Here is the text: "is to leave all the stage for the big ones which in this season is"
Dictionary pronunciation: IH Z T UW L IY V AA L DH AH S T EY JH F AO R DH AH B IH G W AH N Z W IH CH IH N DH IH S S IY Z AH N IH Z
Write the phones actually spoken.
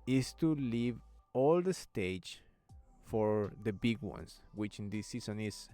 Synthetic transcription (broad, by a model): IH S T UW L IY V AA L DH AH S T EY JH F AO R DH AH B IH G W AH N S W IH CH IH N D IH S S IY S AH N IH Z